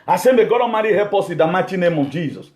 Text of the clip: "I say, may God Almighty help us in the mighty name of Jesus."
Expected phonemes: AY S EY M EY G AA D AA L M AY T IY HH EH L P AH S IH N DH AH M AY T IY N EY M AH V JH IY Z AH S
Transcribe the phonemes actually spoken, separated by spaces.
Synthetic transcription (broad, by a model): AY S EY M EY G AA D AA M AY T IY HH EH P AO S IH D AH M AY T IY N EY M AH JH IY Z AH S